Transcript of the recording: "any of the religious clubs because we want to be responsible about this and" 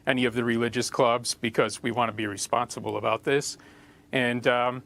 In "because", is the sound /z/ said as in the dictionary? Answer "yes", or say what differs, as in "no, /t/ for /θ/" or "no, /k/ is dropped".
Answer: yes